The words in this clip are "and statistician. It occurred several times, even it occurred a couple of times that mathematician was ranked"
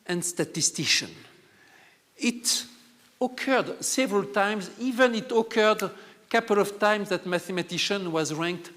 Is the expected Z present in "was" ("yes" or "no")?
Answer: yes